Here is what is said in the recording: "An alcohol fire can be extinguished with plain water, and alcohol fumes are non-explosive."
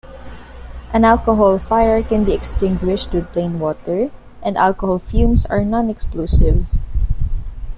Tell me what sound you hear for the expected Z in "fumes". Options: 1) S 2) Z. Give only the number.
1